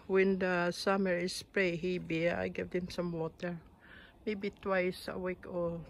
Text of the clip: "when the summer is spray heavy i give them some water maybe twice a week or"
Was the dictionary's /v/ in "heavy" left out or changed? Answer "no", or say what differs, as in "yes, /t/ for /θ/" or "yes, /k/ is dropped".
yes, /b/ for /v/